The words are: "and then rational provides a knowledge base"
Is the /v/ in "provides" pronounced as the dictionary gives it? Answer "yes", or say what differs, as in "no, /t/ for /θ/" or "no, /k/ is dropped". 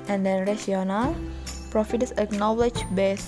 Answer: no, /f/ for /v/